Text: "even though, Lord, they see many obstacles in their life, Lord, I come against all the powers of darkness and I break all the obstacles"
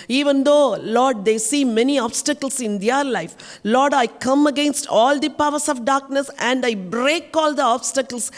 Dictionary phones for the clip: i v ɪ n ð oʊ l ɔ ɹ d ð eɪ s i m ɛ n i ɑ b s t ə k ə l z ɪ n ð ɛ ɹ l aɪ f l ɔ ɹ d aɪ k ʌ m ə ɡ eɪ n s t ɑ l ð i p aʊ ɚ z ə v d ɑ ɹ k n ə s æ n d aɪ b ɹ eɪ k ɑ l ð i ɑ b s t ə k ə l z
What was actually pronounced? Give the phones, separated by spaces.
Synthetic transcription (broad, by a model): i v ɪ n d oʊ l ɔ ɹ d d eɪ s i m ɛ n i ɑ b s t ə k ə l s ɪ n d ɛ ɹ l aɪ f l ɔ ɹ d aɪ k ʌ m ə ɡ eɪ n s t ɑ l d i p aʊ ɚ s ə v d ɑ ɹ k n ə s æ n d aɪ b ɹ eɪ k ɑ l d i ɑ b s t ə k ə l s